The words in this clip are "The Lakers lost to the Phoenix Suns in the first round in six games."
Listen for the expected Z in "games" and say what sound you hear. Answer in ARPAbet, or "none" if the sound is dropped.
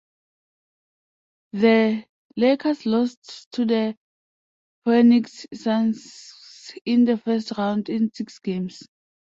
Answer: S